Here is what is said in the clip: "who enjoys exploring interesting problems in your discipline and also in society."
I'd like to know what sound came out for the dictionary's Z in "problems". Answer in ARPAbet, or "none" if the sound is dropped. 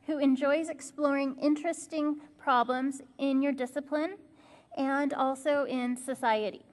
Z